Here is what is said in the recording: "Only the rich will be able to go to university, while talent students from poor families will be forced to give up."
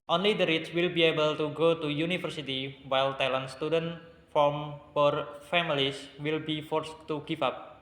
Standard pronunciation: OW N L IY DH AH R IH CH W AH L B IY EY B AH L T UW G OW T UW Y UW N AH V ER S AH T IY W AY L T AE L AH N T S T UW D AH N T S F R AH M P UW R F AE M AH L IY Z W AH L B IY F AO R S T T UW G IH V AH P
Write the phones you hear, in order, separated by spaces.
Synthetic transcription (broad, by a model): OW N L IY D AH R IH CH W AH L B IY EY B AH L T UW G OW T UW Y UW N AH F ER S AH T IY W AY L T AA L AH N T S T UW D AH N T F R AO M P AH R F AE M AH L IY S W AH L B IY F AO R S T T UW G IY F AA P